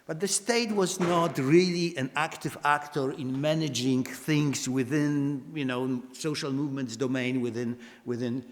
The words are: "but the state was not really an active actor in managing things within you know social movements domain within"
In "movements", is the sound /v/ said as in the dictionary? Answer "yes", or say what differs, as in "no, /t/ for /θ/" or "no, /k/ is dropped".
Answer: yes